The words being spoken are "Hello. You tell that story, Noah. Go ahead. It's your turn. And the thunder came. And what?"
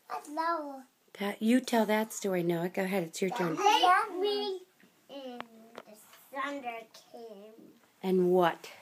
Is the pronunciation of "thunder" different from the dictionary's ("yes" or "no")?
yes